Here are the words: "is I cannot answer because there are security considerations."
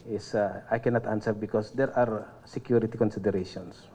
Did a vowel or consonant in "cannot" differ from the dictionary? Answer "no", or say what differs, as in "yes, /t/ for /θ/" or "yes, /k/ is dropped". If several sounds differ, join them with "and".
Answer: no